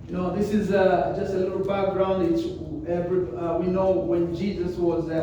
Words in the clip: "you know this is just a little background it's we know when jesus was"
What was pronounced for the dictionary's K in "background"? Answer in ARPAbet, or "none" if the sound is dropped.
K